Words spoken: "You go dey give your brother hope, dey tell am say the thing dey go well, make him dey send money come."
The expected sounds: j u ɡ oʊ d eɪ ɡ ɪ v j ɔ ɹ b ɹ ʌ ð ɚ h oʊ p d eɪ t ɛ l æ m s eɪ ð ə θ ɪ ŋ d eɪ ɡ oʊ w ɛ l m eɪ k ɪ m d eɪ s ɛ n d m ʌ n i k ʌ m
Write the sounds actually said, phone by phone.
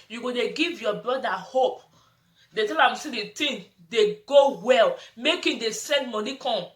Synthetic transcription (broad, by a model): j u ɡ oʊ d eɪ ɡ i v j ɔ b ɹ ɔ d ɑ h oʊ p d eɪ t ɛ l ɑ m s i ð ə t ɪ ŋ d eɪ ɡ oʊ w ɛ l m eɪ k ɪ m d eɪ s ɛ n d m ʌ n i k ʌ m